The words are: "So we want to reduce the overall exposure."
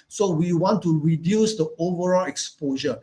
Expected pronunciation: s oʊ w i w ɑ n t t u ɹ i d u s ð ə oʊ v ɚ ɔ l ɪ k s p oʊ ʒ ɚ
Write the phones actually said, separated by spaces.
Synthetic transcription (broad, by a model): s oʊ w i w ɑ n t t u ɹ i d u s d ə oʊ v ɚ ɔ l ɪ k s p oʊ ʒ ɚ